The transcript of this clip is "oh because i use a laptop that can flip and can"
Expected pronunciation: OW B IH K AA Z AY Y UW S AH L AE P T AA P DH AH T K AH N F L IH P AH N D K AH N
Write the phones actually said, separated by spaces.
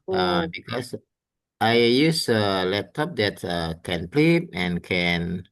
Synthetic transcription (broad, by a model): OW B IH K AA S AY Y UW S AH L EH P T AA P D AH T K AH N P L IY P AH N K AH N